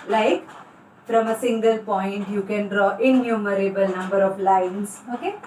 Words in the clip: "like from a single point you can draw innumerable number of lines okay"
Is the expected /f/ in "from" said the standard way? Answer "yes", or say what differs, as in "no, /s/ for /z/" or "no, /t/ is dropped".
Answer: no, /p/ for /f/